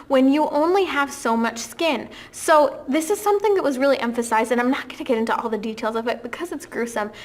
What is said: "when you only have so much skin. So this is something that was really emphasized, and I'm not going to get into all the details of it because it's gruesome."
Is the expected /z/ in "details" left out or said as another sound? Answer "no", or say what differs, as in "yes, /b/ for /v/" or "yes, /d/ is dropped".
no